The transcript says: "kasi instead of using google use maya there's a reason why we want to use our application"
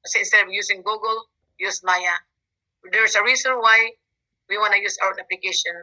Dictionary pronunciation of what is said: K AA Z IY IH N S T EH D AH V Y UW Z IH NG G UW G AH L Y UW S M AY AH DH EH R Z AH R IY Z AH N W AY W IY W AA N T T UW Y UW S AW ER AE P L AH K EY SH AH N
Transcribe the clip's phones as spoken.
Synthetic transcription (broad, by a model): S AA IH N S T EH D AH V Y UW S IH NG G UW G AH L Y UW S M AY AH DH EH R S AH R IY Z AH N W AY W IY W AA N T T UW Y UW S AW ER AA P L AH K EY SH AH N